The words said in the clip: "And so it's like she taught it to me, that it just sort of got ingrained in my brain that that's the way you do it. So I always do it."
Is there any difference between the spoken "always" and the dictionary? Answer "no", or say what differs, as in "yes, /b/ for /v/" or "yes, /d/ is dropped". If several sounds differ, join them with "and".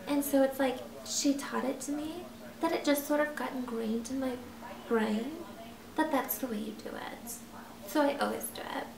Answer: no